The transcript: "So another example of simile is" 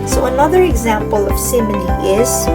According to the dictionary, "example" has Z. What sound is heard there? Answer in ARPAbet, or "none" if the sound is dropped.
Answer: Z